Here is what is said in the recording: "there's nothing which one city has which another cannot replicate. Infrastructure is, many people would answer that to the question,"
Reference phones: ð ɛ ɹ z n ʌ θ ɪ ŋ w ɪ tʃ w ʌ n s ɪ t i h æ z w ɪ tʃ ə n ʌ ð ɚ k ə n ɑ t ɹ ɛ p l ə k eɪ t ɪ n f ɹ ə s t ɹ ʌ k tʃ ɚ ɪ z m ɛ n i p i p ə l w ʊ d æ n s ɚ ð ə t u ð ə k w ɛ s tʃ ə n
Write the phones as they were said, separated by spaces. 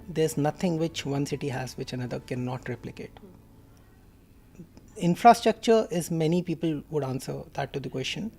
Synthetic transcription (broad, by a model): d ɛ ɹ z n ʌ t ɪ ŋ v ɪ tʃ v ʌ n s ɪ t i h æ z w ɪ tʃ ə n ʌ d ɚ k ə n ɑ t ɹ ɛ p l ə k eɪ t ɪ n f ɹ ə s t ɹ ʌ k tʃ ɚ ɪ z m ɛ n i p i p ə l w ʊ d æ n s ɚ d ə t u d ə k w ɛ s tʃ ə n